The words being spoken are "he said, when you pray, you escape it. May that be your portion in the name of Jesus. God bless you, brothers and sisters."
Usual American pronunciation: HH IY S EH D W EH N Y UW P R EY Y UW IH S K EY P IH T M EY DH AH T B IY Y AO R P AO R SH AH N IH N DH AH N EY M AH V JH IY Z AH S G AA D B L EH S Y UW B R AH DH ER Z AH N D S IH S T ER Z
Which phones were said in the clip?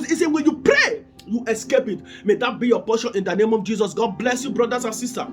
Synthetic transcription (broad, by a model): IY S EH W EH N Y UW P R EY Y UW IH S K EY P IH T M EY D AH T B IY Y AO P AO SH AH N IH N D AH N EY M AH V JH IY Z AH S G AA D B L EH S Y UW B R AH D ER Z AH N S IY S T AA